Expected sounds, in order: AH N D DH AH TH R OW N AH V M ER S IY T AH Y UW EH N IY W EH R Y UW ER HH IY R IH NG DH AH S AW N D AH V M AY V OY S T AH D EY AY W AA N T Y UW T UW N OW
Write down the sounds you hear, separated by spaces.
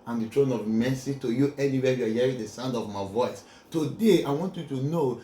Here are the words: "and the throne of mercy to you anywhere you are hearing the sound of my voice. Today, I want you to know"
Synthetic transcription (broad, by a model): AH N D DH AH T R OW N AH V M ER S IY T AH Y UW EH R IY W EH Y UW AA HH IY R IH NG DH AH S AW N D AH V M AY V OY S T AH D EY AY W AA N T Y UW T UW N OW